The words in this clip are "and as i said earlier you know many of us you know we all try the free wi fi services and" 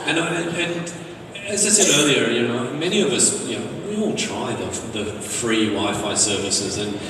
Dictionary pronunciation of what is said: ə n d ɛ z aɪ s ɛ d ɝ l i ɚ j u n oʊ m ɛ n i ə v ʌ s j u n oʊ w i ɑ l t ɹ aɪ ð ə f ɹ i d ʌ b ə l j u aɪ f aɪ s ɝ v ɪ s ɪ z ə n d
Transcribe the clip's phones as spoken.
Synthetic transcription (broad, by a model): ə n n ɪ z aɪ s ɛ d ɝ l i ɚ j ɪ n oʊ m ɛ n i ə v ʌ s j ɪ n oʊ w i ɑ l t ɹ aɪ ð ə f ɹ i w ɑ ə f aɪ s ɝ v ɪ s ɪ z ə n